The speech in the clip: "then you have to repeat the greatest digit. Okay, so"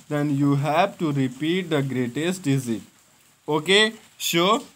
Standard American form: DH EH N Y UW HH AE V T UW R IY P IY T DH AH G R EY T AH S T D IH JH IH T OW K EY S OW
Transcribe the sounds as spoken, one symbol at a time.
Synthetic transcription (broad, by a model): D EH N Y UW HH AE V T UW R IY P IY T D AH G R EY T AH S T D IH Z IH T OW K EY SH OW